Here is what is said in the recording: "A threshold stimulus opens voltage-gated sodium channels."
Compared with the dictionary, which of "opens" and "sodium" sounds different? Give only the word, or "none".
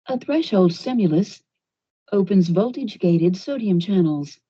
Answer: none